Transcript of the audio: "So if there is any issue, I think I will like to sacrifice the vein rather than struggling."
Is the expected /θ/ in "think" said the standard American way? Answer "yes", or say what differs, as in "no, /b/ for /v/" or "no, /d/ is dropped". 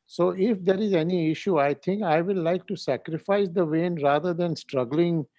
no, /t/ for /θ/